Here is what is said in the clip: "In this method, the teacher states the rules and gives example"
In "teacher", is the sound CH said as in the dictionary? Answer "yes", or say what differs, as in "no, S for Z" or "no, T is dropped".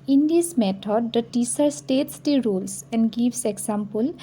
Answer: no, S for CH